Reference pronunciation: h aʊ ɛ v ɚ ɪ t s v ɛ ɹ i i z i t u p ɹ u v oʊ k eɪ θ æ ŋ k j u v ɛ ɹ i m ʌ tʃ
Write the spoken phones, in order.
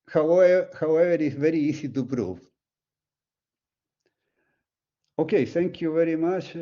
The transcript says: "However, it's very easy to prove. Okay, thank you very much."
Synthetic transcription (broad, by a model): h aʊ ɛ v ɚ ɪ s v ɛ ɹ i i s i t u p ɹ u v oʊ k eɪ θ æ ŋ k j u v ɛ ɹ i m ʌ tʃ